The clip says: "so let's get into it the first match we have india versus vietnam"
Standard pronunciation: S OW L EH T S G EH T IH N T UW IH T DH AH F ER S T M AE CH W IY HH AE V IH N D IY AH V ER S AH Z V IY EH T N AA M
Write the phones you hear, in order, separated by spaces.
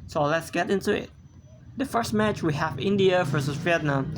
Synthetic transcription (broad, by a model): S OW L EH T S G EH T IH N T UW IH T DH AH F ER S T M AE CH W IY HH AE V IH N D IY AH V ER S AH V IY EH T N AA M